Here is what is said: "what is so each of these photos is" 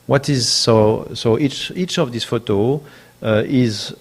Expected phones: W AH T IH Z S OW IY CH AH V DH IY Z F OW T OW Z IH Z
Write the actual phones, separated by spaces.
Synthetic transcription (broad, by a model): W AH T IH Z S OW IY CH AH V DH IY S F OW T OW IH Z